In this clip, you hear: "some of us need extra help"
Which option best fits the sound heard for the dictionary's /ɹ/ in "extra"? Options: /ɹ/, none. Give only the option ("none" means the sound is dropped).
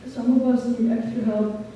none